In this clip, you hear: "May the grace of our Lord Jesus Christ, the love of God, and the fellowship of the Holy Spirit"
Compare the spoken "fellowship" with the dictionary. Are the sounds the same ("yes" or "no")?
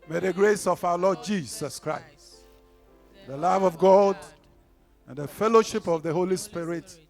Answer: yes